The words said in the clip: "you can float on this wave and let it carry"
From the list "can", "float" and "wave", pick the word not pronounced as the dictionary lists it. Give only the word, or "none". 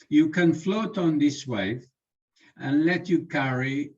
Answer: wave